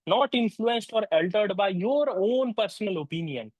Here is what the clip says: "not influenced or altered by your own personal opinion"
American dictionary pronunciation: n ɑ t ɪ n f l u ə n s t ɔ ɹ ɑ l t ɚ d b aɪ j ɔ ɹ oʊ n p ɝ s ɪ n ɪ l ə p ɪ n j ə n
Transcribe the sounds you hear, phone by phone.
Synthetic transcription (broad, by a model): n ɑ t ɪ n f l u ə n s t ɔ ɹ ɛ l t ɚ d b aɪ j ɔ ɹ oʊ n p ɝ s ɪ n ɪ l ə p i n j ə n